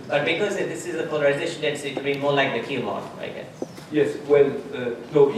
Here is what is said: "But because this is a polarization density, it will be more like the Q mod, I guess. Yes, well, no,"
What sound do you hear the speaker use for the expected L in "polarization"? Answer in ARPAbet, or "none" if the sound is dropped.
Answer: L